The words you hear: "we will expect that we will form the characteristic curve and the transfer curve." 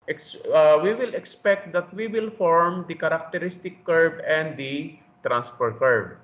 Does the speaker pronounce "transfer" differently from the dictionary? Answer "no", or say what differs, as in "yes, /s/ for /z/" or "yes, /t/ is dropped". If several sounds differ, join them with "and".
yes, /p/ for /f/